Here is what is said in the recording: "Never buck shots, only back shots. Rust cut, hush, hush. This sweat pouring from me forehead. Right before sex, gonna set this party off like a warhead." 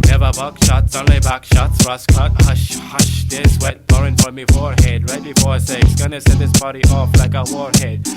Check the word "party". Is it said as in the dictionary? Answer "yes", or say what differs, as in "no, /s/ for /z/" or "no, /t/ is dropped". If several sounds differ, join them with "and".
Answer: no, /b/ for /p/